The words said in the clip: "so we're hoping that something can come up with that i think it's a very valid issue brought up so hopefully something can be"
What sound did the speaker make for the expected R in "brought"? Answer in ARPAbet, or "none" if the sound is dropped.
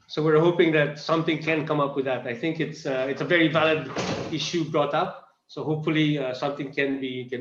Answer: R